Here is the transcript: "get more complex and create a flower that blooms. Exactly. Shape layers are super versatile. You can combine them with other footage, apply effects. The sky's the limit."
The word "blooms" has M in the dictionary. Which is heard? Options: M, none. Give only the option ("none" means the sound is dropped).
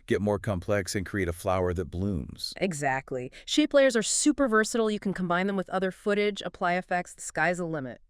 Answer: M